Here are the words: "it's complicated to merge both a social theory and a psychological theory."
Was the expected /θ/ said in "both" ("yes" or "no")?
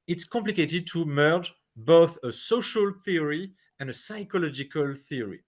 yes